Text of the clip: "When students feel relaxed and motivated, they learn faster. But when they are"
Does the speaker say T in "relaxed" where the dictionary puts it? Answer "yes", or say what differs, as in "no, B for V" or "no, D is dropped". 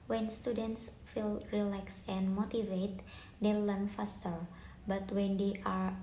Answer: no, T is dropped